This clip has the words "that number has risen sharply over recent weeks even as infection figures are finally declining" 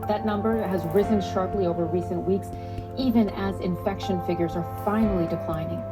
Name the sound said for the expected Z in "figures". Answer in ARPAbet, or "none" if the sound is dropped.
Z